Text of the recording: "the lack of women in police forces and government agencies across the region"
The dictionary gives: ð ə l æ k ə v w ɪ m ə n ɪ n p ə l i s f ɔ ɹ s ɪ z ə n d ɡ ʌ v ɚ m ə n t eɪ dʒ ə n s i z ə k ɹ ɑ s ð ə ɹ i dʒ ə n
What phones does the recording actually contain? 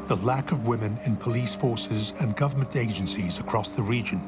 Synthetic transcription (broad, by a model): ð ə l æ k ə v w ɪ m ə n ɪ n p ə l i s f ɔ ɹ s ɪ z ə n ɡ ʌ v ɚ m ə n t eɪ dʒ ə n s i z ə k ɹ ɑ s ð ə ɹ i dʒ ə n